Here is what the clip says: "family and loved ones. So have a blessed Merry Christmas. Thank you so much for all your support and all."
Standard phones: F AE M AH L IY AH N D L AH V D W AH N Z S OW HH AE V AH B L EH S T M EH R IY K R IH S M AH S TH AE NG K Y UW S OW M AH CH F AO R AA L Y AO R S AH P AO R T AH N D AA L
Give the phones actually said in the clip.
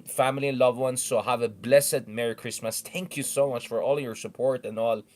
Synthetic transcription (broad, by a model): F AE M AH L IY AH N L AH V W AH N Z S OW HH AE V AH B L EH S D M EH R IY K R IH S M AH S T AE NG K Y UW S OW M AH CH F AO R AA L Y AO R S AH P AO R T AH N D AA L